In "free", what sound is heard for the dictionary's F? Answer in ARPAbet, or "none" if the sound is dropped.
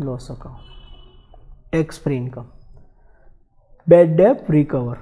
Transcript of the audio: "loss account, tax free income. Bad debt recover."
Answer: P